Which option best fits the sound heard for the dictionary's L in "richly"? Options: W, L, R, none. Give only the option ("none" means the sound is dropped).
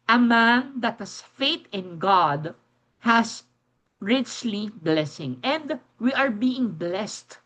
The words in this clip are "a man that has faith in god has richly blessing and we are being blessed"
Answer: L